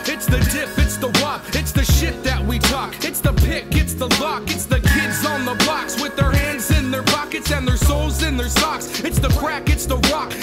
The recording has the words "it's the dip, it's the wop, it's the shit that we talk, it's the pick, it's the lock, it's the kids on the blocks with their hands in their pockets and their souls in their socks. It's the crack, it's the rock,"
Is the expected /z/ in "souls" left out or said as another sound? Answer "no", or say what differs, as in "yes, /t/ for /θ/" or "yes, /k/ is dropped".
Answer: no